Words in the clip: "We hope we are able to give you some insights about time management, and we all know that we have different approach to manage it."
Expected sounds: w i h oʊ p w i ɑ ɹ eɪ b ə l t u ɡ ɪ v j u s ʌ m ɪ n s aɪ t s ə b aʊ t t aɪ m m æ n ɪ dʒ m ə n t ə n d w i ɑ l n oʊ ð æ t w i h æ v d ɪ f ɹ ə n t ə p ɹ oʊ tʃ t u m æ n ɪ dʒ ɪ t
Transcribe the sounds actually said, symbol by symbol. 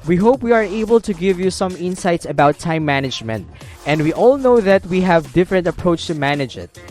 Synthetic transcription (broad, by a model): w i h oʊ p w i ɑ ɹ eɪ b ə l t u ɡ ɪ v j u s ʌ m ɪ n s aɪ t s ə b aʊ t t aɪ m m æ n ɪ dʒ m ə n t ə n d w i ɑ l n oʊ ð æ t w i h æ v d ɪ f ɹ ə n t ə p ɹ oʊ tʃ t u m æ n ɪ dʒ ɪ t